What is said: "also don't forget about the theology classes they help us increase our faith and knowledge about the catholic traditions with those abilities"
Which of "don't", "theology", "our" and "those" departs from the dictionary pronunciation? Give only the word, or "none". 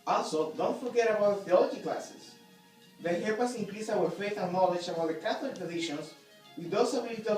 those